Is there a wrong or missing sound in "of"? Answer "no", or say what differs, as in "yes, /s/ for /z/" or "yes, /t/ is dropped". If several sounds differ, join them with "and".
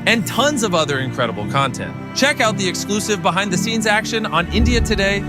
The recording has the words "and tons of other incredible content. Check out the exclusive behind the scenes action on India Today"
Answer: no